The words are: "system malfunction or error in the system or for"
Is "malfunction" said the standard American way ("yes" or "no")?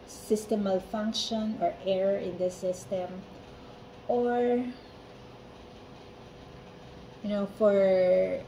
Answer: yes